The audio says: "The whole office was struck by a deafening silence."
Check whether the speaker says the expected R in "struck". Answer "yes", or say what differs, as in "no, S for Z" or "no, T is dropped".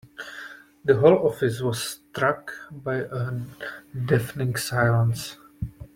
yes